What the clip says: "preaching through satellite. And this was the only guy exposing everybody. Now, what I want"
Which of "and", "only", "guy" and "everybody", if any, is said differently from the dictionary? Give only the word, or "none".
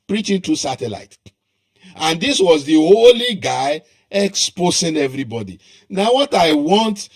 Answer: only